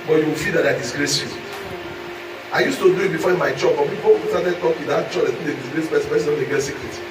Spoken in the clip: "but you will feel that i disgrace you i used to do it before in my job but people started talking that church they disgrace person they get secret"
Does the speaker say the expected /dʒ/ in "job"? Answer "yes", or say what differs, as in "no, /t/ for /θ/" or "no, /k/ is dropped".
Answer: no, /tʃ/ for /dʒ/